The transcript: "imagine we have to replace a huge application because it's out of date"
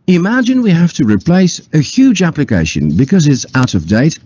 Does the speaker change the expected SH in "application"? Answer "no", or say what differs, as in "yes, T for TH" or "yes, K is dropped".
no